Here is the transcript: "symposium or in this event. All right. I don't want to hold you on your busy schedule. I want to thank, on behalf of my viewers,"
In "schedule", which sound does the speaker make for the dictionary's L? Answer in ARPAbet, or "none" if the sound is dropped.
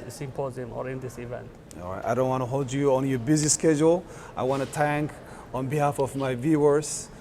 L